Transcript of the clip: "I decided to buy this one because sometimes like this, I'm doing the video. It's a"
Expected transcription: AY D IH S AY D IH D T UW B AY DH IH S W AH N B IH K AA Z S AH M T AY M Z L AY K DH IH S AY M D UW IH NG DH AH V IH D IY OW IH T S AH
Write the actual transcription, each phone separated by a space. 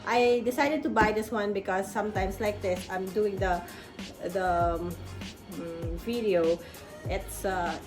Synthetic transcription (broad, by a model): AY D IH S AY D IH D T UW B AY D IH S W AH N B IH K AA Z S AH M T AY M S L AY K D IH S AY M D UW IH NG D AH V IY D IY OW IH T S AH